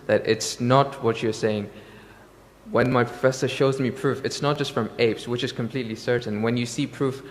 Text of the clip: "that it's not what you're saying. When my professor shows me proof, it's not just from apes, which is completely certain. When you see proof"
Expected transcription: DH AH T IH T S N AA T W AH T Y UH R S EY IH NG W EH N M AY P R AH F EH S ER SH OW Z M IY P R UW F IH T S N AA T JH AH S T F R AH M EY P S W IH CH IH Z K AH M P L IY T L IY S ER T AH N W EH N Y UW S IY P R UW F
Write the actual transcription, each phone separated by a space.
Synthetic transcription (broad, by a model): DH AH T IH T S N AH T W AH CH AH R S EY IH NG W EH N M AY P R AH F EH S ER SH OW Z M IY P R UW F IH T S N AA T JH AH S T F R AH M EY P S W IH CH IH Z K AH M P L IY T L IY S ER T N W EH N Y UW S IY P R UW F